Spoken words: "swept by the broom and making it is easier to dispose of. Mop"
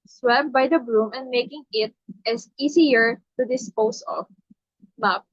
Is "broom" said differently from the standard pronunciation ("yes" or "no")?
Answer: no